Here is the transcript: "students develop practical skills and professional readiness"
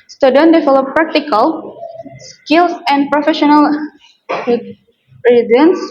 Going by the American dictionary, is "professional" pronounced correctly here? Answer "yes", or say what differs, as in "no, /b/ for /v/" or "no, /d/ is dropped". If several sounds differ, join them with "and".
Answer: yes